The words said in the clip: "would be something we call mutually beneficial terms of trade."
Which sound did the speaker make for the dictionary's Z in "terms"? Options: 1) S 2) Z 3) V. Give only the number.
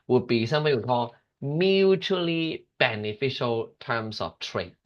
1